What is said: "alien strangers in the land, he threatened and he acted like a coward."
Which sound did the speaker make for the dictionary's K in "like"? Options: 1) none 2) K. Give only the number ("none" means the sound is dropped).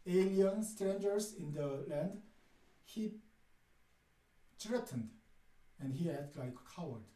1